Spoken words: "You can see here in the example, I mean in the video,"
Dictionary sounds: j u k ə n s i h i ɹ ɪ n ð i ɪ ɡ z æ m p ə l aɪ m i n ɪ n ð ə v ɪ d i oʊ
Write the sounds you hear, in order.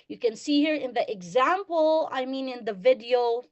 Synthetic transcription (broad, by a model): j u k ə n s i h i ɹ ɪ n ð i ɪ ɡ z æ m p ə l aɪ m i n ɪ n ð ə v ɪ d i oʊ